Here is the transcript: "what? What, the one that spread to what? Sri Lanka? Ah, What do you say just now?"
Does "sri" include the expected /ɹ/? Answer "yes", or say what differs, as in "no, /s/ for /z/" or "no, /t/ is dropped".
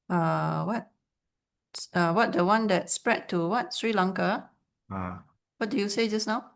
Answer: yes